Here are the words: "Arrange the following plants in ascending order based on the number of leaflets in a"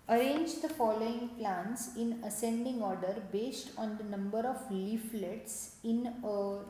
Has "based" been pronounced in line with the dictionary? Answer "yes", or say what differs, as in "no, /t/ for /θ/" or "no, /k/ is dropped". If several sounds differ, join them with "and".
yes